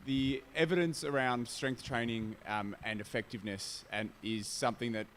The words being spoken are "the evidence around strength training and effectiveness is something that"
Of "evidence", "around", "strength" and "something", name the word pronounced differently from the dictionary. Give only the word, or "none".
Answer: none